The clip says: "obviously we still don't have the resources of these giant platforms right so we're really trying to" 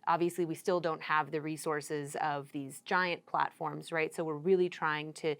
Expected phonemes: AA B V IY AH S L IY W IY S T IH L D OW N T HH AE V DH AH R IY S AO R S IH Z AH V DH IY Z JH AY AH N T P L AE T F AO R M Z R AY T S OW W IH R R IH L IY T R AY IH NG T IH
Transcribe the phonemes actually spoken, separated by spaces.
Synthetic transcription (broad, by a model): AA B V IY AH S L IY W IY S T IH L D OW N T HH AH V DH AH R IY S AO R S IH Z AH V DH IY Z JH AY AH N P L AE T F AO R M Z R AY T S OW W IH R R IH L IY T R AY IH NG T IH